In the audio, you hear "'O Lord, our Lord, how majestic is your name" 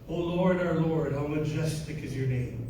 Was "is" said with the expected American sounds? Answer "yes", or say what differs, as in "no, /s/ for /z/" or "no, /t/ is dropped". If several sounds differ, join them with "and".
yes